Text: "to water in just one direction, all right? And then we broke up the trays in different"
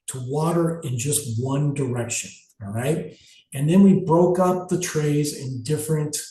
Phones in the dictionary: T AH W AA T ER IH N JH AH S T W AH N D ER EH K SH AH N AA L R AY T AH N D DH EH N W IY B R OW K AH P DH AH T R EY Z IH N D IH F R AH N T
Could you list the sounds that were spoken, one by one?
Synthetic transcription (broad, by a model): T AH W AA T ER IH N JH AH S T W AH N D ER EH K SH AH N R AY T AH N DH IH N W IY B R OW K AH P DH AH T R EY Z IH N D IH F R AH N T